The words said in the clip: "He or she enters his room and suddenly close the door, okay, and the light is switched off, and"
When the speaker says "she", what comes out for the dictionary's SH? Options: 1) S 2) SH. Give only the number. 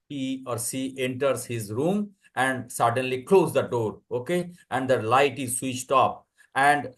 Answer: 1